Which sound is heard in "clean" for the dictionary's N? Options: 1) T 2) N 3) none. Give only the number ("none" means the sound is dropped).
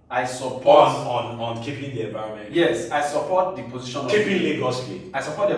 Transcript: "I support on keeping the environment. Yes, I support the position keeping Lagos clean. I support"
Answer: 3